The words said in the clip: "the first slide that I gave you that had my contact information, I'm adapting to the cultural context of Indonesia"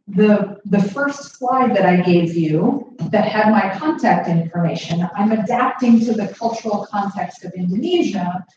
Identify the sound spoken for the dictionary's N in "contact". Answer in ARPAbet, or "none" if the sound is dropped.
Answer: N